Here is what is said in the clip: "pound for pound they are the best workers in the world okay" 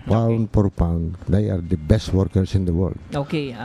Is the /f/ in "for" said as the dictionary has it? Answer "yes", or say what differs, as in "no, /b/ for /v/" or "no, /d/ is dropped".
no, /p/ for /f/